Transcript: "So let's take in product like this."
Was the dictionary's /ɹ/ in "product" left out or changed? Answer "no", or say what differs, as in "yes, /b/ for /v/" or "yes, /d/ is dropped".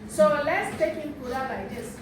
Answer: yes, /ɹ/ is dropped